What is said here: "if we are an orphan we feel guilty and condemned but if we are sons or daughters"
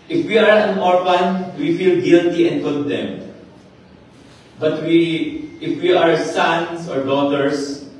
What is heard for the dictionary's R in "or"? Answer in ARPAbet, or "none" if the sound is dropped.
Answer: R